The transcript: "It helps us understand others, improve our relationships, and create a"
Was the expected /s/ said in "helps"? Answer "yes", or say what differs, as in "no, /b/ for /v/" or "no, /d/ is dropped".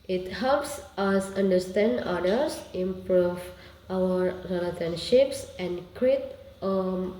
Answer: yes